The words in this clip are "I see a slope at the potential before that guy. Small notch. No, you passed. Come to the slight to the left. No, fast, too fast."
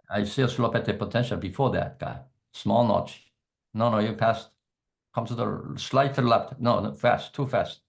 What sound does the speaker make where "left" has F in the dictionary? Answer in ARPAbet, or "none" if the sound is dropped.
P